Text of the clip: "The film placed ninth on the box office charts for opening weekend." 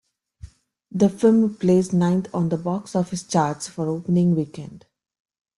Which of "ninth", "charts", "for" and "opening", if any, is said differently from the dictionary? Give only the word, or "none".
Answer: ninth